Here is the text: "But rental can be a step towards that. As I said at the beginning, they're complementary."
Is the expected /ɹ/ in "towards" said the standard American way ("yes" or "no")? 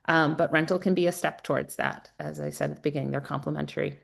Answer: yes